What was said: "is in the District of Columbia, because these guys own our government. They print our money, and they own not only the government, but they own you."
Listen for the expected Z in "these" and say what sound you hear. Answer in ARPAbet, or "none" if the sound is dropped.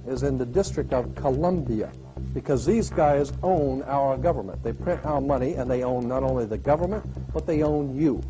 Z